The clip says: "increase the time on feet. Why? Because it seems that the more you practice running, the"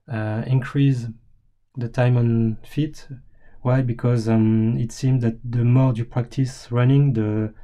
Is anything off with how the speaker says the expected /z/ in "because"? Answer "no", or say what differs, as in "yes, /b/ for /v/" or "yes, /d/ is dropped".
no